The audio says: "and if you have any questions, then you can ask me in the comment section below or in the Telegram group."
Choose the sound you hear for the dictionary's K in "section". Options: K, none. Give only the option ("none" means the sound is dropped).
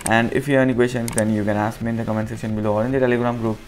none